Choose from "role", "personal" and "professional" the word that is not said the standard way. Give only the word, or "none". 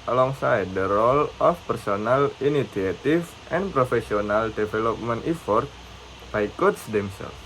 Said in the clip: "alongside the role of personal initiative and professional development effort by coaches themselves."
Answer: professional